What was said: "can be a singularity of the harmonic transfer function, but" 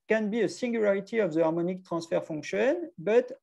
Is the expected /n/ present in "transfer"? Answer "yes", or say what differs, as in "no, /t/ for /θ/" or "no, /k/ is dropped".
no, /n/ is dropped